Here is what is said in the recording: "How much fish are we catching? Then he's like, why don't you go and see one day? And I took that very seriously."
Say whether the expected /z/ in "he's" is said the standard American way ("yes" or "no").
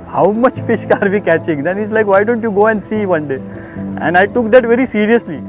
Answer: no